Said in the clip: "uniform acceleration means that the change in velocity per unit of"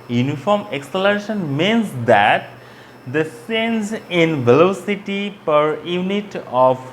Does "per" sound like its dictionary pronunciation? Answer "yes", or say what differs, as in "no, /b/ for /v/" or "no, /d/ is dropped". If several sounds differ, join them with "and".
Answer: yes